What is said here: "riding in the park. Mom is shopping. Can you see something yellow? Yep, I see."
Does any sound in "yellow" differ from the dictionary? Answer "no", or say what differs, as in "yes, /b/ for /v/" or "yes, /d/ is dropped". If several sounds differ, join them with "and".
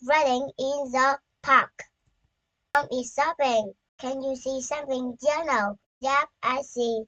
yes, /n/ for /l/